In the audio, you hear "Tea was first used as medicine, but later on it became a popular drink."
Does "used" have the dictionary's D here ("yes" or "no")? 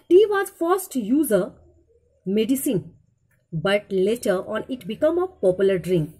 no